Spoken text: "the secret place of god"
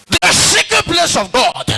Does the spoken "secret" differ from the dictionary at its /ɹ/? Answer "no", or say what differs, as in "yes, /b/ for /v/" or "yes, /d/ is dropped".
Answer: yes, /ɹ/ is dropped